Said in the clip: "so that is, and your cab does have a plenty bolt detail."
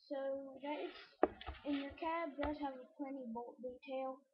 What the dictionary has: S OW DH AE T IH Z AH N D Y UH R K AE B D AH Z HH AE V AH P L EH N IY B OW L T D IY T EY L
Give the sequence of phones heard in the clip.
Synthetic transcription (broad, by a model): S OW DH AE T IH S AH N Y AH R K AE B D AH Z HH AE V AH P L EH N IY B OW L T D IY T EY L